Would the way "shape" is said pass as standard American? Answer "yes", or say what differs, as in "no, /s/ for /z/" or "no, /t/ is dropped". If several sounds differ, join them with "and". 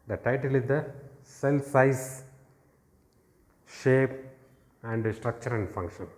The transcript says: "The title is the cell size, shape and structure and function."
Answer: yes